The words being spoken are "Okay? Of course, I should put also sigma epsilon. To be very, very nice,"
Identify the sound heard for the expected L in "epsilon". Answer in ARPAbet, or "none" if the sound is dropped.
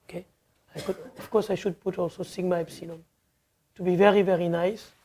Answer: N